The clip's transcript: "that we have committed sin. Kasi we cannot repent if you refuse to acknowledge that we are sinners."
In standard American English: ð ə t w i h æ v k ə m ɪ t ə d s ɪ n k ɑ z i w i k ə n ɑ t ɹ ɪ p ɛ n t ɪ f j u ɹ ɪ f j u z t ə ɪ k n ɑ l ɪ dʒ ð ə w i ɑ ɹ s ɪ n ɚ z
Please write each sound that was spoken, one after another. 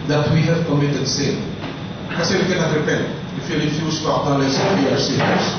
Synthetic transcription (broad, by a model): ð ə t w i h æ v k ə m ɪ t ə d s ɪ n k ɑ s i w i k ə n ɑ t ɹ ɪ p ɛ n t ɪ f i l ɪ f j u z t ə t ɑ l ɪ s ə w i ɑ ɹ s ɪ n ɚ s